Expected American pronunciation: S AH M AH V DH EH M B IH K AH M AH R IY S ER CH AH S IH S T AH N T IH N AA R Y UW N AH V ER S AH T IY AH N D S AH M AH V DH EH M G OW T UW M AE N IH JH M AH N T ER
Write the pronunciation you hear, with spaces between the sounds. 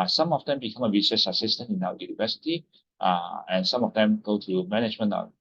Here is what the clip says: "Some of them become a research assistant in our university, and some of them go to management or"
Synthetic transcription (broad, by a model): S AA M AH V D EH M B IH K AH M AH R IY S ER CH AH S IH S T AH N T IH N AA W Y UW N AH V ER S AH T IY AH N S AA M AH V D EH M G OW T UW M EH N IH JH M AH N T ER